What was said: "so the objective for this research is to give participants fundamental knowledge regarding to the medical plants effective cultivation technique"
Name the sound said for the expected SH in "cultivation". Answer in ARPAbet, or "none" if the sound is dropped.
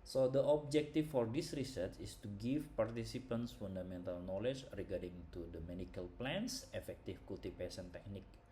S